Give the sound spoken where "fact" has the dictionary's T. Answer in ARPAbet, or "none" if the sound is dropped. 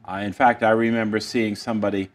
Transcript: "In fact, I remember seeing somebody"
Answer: T